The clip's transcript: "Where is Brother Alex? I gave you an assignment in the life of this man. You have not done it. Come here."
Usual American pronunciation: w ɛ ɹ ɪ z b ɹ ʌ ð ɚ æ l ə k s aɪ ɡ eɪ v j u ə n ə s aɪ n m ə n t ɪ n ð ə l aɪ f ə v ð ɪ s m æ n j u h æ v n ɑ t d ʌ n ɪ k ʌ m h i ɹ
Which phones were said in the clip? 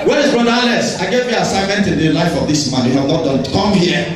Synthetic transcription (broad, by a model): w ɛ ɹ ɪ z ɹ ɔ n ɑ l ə s aɪ ɡ eɪ v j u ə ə s aɪ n m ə n t ɪ n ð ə l aɪ f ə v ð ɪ s m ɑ n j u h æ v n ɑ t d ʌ ɪ k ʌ m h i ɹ